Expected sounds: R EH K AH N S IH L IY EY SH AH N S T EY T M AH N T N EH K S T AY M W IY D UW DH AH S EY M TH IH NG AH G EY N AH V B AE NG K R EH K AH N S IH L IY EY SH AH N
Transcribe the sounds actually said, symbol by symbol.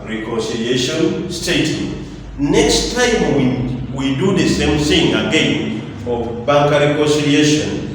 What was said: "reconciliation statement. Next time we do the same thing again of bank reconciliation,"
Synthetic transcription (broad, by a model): R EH K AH N S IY L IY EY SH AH N S T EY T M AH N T N EH K S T AY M W IY D UW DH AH S EY M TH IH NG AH G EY N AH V B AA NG K R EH K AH N S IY L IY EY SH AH N